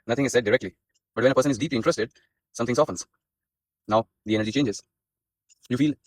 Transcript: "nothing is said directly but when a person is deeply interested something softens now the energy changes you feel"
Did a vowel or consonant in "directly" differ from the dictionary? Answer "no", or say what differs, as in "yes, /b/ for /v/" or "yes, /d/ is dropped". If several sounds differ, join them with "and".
no